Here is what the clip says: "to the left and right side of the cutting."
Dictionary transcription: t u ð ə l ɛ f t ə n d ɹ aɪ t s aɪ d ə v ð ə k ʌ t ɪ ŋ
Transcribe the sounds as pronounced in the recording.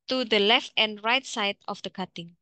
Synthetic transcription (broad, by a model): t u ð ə l ɛ f t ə n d ɹ aɪ t s aɪ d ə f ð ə k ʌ t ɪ ŋ